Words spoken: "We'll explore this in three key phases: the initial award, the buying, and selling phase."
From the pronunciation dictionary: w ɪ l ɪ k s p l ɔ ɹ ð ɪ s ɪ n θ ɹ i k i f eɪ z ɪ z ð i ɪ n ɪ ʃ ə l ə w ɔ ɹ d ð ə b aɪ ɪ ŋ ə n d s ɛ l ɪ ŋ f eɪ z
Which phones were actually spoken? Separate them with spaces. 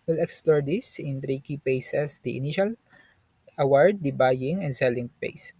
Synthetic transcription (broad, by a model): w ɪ l ɪ k s p l ɔ ɹ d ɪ s ɪ n t ɹ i k i p eɪ s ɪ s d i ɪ n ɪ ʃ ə l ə w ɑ ɹ d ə b aɪ ɪ ŋ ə n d s ɛ l ɪ ŋ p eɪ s